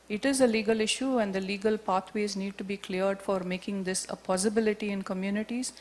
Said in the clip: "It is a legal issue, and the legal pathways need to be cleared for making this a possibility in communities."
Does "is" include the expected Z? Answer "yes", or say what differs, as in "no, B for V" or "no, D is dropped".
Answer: yes